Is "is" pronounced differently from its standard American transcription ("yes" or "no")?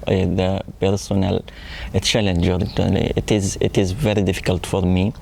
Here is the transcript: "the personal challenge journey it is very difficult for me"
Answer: no